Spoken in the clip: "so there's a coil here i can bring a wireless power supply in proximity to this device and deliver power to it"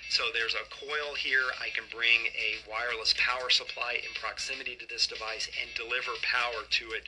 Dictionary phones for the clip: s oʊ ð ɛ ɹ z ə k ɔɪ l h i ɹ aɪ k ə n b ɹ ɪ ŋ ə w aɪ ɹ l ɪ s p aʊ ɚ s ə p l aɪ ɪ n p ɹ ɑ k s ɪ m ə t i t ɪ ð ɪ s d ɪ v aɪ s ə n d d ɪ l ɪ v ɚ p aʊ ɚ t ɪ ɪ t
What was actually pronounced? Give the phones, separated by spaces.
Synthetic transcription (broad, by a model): s oʊ ð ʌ ɹ z ə k ɔɪ l h i ɹ aɪ k ə n b ɹ ɪ ŋ ə w aɪ ɹ l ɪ s p aʊ ɚ s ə p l aɪ ɪ n p ɹ ɑ k s ɪ m ə t i t ɪ ð ɪ s d ɪ v aɪ s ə n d d ɪ l ɪ v ɚ p aʊ ɚ t ɪ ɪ t